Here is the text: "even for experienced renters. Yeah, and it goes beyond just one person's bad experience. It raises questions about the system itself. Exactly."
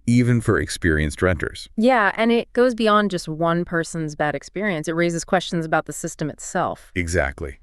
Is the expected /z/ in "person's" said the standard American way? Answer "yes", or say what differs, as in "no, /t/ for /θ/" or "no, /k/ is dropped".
yes